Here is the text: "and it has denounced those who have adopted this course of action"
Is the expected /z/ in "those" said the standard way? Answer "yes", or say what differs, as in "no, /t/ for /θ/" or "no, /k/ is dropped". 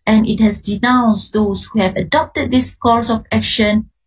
no, /s/ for /z/